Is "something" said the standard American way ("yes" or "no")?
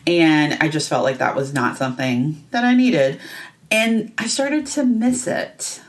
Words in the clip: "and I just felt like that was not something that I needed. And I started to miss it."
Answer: yes